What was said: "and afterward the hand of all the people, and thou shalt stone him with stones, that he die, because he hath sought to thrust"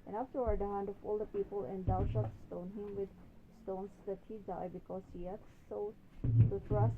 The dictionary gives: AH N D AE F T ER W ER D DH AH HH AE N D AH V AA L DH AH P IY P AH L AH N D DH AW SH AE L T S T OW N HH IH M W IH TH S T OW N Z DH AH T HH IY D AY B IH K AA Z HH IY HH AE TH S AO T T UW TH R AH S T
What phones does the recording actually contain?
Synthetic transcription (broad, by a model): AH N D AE F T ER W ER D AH HH AE N D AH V AA L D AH P IY P AH L AH N D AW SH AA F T S T OW N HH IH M W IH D S T OW N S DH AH T HH IY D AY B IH K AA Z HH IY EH T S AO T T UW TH R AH S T